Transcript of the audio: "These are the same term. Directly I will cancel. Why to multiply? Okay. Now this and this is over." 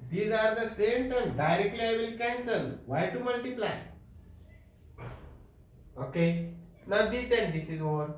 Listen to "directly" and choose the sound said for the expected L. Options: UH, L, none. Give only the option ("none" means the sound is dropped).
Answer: L